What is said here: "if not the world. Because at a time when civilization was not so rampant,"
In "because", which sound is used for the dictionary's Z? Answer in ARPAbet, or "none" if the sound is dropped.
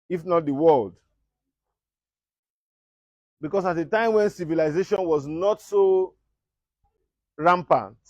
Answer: S